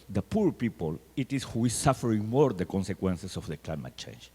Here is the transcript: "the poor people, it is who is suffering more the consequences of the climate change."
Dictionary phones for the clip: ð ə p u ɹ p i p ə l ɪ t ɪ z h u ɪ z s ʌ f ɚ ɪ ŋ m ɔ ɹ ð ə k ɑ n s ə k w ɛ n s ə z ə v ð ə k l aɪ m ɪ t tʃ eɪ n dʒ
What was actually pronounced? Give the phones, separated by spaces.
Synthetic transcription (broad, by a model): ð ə p u ɹ p i p ə l ɪ t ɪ s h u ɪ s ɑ f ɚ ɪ ŋ m ɔ ɹ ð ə k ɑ n s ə k w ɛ n s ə s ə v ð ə k l aɪ m ɪ t tʃ eɪ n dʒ